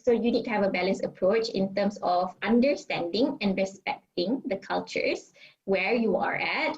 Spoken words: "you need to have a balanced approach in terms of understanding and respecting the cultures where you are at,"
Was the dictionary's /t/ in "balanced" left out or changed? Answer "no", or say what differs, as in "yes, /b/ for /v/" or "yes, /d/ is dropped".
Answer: yes, /t/ is dropped